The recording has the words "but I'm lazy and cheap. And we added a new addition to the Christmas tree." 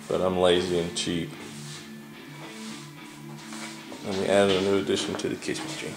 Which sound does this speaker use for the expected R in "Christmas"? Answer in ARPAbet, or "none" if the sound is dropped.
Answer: none